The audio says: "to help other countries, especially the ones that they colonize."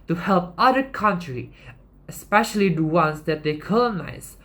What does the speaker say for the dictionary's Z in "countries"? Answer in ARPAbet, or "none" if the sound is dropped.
none